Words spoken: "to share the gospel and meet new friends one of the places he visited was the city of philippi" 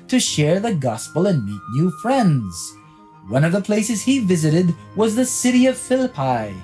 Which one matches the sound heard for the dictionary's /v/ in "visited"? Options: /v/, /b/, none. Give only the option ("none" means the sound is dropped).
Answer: /v/